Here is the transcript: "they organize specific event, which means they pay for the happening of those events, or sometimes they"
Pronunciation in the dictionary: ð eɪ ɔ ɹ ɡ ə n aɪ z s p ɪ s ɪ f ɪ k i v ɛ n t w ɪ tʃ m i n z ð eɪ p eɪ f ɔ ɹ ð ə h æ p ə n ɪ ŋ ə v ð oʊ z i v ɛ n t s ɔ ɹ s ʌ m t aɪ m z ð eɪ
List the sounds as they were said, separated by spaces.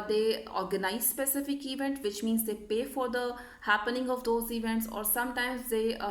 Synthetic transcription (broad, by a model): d eɪ ɔ ɹ ɡ ə n aɪ z s p ɪ s ɪ f ɪ k i v ɛ n t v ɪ tʃ m i n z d eɪ p eɪ f ɔ ɹ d ə h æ p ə n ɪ ŋ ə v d oʊ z i v ɛ n t s ɔ ɹ s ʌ m t aɪ m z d eɪ